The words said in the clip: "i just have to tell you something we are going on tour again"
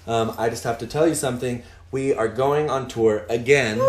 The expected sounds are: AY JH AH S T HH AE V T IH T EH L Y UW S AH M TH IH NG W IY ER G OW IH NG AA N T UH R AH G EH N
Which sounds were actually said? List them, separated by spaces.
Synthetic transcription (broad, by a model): AY JH AH S T HH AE F T IH T EH L Y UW S AH M TH IH NG W IY ER G OW IH NG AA N T UH R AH G EH N